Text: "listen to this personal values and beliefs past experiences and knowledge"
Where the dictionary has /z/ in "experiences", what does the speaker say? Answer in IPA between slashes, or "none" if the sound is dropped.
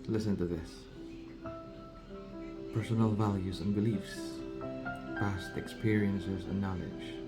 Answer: /z/